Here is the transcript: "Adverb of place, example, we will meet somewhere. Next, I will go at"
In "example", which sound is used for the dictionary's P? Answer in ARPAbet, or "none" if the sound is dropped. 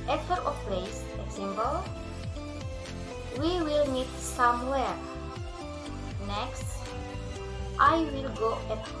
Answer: B